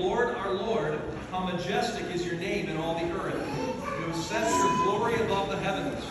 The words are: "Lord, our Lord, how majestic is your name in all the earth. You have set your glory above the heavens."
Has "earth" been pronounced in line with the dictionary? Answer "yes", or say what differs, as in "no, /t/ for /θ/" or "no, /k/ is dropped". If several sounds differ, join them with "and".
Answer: yes